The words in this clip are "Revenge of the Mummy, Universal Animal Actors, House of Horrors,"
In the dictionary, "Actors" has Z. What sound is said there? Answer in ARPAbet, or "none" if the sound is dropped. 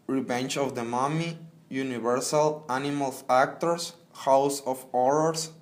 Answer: S